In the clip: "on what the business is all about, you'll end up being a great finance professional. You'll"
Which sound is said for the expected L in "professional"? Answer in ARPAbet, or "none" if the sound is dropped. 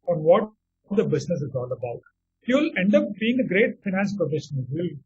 N